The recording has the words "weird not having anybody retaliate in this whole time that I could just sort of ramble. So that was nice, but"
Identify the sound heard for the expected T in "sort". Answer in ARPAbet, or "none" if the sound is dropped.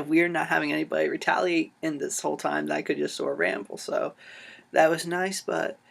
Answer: none